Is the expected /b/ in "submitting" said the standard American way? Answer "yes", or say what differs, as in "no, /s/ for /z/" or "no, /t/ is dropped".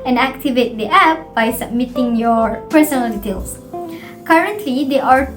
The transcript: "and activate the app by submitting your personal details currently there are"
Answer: yes